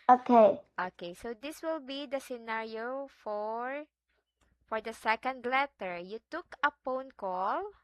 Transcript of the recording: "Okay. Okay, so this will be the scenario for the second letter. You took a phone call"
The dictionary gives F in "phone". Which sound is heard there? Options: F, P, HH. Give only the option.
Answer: P